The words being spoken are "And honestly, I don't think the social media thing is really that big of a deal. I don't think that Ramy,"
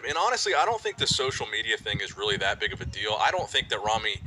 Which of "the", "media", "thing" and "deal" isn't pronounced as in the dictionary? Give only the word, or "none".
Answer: none